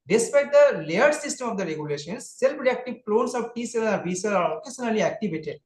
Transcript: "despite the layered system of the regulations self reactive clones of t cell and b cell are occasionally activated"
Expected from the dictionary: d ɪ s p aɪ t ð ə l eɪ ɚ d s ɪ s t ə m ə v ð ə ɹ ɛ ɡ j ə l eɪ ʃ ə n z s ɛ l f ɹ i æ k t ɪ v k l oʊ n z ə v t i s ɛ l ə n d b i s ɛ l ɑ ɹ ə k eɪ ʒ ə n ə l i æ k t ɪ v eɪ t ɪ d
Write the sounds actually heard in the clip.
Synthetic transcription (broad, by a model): d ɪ s p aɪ t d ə l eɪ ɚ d s ɪ s t ə m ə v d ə ɹ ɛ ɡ j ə l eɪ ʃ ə n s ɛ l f ɹ i æ k t ɪ v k l oʊ n s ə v t i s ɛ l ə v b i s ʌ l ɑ l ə k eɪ s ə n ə l i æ k t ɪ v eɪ t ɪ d